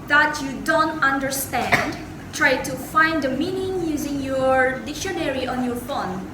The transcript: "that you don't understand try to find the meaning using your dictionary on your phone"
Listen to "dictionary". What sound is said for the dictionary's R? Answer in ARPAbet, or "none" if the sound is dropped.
R